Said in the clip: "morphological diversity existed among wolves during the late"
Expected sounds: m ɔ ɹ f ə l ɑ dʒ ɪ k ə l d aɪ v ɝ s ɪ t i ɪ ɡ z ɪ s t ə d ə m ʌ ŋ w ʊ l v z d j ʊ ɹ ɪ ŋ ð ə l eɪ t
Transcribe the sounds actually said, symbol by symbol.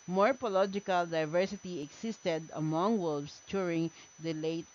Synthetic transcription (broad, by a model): m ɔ ɹ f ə l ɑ dʒ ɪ k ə l d aɪ v ɝ s ɪ t i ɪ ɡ s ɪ s t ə d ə m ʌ ŋ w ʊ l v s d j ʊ ɹ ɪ ŋ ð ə l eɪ t